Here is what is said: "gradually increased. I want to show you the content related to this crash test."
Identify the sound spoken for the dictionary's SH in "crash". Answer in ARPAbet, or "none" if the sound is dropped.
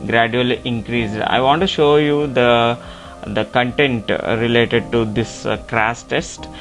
S